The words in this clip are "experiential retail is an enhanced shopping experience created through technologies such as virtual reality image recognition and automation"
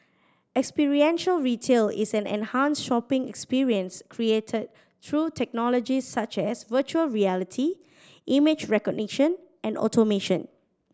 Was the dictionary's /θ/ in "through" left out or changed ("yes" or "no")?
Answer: yes